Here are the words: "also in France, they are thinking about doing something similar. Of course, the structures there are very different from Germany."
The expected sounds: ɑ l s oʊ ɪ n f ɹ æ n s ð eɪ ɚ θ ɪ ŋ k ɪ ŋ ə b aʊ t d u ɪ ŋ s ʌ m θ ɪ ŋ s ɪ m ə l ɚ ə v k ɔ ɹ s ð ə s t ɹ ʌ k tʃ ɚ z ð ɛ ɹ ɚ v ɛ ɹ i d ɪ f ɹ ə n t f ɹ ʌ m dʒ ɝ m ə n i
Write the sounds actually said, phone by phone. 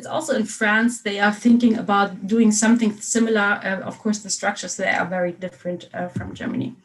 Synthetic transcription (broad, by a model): ɑ l s oʊ ɪ n f ɹ æ n s ð eɪ ɚ θ ɪ ŋ k ɪ ŋ ə b aʊ t d u ɪ ŋ s ʌ m θ ɪ ŋ s ɪ m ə l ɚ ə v k ɔ ɹ s ð ə s t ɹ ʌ k tʃ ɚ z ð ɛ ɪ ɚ v ɛ ɹ i d ɪ f ɹ ə n t f ɹ ʌ m dʒ ɝ m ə n i